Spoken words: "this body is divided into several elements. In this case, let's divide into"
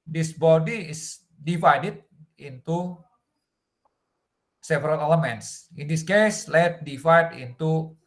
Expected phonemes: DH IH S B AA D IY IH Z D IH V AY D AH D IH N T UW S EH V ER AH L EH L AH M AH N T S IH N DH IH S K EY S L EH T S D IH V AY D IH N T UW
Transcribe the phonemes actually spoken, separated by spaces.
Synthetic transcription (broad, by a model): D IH S B AA D IY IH S D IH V AY D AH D IH N T UW S EH V ER AH L EH L AH M AH N T S IH N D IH S K EY S L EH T D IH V AY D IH N T UW